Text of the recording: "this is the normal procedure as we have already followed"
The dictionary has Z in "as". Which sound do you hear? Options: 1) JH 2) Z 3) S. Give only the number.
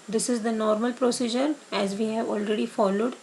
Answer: 2